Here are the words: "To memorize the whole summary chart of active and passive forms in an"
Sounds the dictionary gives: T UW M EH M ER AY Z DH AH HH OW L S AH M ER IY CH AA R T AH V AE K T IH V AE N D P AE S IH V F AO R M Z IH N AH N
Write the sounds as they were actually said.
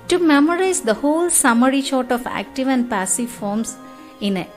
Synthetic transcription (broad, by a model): T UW M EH M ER AY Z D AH HH OW L S AH M ER IY SH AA R T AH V AE K T IH V AE N D P AE S IH V F AO R M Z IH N N